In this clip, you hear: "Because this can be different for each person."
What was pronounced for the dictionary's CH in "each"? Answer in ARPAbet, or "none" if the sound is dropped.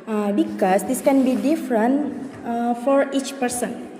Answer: CH